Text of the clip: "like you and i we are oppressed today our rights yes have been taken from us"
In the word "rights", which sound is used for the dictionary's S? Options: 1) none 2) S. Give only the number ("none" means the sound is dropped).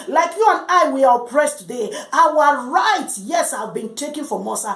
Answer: 1